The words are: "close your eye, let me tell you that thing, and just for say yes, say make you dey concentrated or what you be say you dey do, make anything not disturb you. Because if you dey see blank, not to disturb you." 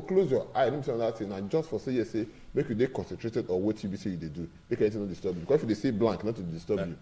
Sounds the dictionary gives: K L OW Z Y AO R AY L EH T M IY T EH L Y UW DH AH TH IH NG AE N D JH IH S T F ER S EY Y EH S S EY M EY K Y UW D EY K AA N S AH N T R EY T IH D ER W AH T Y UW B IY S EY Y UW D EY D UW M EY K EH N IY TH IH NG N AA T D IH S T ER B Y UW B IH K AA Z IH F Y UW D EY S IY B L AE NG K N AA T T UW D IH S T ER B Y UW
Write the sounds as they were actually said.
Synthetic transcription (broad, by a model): K L OW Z Y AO AY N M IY S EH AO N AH T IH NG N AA JH IH S T F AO S EY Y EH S S EY M EY K Y UW D EY K AA N S AH N T R EY T IH D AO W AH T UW B IY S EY Y UW D EY D UW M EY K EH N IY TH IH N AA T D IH S T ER B Y UW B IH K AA S IH F Y UW D EY S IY B L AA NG K N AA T T UW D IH S T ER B Y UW